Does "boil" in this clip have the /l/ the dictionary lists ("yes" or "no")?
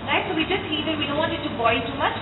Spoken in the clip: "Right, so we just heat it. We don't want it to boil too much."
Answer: no